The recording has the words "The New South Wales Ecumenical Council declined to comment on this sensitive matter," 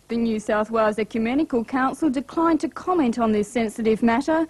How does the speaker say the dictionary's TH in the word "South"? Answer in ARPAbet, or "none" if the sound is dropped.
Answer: TH